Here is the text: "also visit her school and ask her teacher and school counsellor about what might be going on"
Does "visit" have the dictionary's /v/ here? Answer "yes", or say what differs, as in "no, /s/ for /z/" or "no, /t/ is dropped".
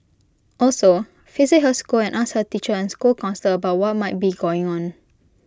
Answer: no, /f/ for /v/